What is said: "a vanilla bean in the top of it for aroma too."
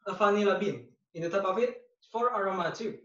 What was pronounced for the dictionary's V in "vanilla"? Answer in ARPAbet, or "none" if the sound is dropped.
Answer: F